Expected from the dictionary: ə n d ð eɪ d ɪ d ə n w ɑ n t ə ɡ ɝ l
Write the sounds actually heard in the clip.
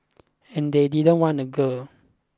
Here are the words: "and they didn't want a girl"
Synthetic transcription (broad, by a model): ə n d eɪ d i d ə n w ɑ n ə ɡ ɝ